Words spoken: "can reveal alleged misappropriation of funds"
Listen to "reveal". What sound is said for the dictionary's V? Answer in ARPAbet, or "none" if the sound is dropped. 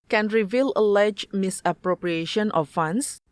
V